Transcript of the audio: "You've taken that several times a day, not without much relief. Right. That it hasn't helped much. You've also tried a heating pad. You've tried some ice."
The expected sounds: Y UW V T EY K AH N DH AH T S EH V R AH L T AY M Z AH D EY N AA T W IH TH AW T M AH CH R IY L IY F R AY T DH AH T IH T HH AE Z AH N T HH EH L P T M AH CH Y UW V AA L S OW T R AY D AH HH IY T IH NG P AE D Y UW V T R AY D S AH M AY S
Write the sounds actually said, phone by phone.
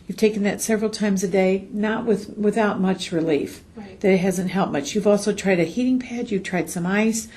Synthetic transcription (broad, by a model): Y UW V T EY K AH N DH AH T S EH V R L T AY M Z AH D EY N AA T W IH TH AW T M AH CH R IY L IY F DH AH T IH T HH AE Z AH N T HH EH L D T M AH CH Y UW V AA L S OW T R AY D AH HH IY T IH NG P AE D Y UW V T R AY D S AH M AY S